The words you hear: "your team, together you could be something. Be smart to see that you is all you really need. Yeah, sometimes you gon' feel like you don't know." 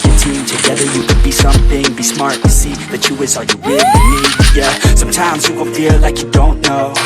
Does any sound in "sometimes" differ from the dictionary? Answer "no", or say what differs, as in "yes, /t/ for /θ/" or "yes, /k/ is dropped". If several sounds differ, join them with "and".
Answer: no